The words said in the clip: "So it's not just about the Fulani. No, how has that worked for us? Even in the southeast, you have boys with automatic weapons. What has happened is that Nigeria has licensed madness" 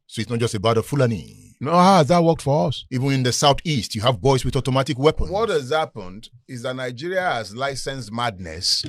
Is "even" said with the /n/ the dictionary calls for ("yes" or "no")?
yes